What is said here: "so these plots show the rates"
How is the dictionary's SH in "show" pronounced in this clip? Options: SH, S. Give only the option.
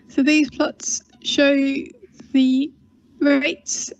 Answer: SH